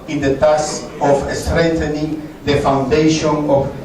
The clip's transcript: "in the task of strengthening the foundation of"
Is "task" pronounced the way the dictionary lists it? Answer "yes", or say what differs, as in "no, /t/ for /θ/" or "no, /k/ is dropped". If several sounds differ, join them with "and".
no, /k/ is dropped